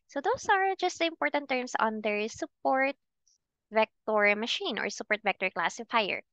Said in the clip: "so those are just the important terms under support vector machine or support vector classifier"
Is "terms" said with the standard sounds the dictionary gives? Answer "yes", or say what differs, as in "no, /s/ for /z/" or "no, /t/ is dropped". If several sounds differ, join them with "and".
no, /s/ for /z/